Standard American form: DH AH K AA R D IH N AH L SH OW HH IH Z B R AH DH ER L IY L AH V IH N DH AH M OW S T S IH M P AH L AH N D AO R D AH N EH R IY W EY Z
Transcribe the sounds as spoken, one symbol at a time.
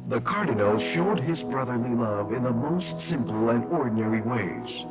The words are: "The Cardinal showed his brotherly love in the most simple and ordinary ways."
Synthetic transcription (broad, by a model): DH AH K AA R D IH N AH L SH OW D IH Z B R AH DH ER L IY L AH V IH N DH AH M OW S T S IH M P L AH N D AO R D N EH R IY W EY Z